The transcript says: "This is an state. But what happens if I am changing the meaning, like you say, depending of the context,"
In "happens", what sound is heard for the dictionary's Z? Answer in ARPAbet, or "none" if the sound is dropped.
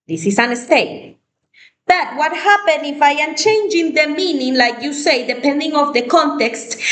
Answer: none